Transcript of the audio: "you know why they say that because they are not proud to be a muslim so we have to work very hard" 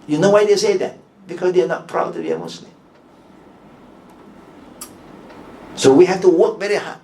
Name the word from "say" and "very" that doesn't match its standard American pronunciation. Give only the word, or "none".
none